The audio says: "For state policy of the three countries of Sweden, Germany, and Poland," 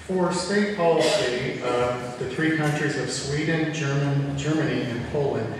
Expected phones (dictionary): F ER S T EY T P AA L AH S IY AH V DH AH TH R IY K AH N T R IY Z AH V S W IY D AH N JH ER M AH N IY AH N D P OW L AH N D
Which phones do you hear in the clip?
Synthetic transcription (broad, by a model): F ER S T EY T P AA L AH S IY AH V DH AH TH R IY K AH N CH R IY Z AH V S W IY D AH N JH ER M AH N IY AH N P OW L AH N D